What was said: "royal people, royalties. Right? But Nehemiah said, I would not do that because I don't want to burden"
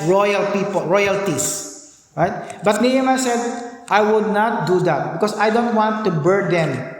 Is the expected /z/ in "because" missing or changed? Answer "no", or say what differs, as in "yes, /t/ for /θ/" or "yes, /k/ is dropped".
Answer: yes, /s/ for /z/